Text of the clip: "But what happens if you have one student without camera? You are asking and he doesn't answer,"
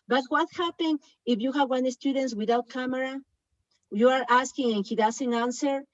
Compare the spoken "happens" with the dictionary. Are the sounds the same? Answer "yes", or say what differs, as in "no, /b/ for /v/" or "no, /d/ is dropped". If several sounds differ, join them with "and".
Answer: no, /z/ is dropped